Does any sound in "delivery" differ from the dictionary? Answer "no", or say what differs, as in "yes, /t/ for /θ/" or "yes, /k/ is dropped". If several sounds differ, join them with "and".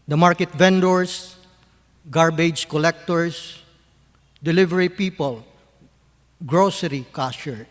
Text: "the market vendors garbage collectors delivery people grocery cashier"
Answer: no